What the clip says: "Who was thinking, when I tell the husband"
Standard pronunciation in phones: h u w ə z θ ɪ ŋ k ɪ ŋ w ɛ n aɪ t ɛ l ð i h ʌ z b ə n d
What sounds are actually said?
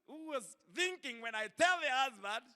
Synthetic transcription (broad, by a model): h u w ə z θ ɪ ŋ k ɪ ŋ w ɛ n aɪ t ɛ l ð i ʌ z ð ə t